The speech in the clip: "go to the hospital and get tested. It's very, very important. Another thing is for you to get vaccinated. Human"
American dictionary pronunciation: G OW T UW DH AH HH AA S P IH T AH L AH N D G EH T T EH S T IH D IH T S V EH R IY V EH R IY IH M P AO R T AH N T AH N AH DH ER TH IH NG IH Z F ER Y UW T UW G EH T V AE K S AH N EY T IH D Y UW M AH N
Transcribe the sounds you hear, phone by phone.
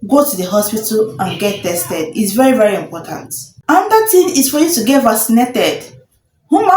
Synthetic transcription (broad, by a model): G OW T UW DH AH HH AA S P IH T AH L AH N G EH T T EH S T IH D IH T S V EH R IY V EH R IY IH M P AO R T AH N T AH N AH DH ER T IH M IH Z F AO Y UW T UW G EH T V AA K S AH N EY T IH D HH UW M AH